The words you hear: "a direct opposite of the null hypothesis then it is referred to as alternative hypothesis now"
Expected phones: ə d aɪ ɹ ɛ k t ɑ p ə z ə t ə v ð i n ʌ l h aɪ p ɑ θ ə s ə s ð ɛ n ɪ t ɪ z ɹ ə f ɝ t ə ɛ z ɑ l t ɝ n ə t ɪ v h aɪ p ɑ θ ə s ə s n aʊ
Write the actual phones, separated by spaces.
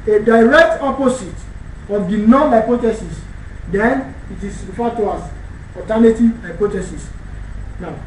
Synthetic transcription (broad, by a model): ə d aɪ ɹ ɛ k t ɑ p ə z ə t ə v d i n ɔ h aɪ p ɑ t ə s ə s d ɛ n ɪ t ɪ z f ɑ t ə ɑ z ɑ t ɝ n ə t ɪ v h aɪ p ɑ t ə s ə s n aʊ